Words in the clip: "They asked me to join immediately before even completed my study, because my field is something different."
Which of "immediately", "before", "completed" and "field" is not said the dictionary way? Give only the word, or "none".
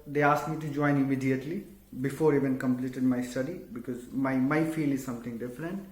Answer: field